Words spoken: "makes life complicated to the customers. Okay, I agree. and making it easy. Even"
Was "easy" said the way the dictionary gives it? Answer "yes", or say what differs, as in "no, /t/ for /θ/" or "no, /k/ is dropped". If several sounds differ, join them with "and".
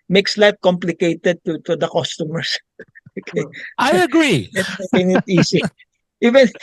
no, /s/ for /z/